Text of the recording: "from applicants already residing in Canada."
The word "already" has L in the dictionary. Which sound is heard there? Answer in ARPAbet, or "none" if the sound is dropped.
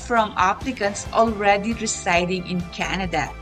L